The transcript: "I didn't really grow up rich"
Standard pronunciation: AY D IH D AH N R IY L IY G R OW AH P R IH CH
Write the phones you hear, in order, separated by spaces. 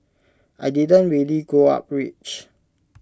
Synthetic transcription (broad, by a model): AY D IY D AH N R IY L IY G OW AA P R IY CH